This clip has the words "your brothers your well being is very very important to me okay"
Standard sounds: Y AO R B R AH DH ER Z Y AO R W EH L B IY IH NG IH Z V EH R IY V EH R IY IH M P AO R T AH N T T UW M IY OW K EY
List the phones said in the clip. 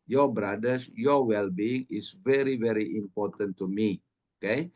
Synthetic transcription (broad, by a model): Y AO B R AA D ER S Y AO W EH L B IY IH NG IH S V EH R IY V EH R IY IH M P AO T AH N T T UW M IY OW K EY